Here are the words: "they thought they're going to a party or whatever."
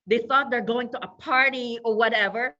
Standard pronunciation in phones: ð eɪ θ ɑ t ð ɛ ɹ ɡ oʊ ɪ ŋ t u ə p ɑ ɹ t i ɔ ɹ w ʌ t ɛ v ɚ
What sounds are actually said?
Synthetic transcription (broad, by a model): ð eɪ θ ɑ t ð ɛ ɹ ɡ oʊ ɪ ŋ t u ə p ɑ ɹ t i ɔ ɹ w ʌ t ɛ v ɚ